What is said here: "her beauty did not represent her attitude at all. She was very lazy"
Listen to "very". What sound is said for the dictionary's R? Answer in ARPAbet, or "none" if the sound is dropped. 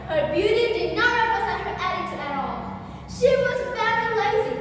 none